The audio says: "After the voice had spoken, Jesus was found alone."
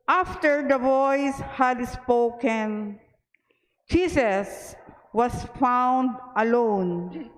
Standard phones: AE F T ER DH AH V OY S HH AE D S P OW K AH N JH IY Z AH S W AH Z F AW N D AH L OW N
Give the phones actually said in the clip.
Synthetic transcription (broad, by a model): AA F T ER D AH V OY S HH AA D S P OW K AH N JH IY S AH S W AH S F AW N D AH L OW N